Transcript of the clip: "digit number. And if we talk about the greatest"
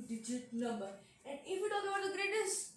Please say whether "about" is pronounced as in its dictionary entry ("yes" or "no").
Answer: no